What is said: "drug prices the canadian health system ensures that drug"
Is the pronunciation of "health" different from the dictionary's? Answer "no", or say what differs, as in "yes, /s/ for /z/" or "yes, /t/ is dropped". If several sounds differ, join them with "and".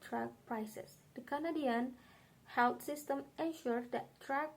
yes, /t/ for /θ/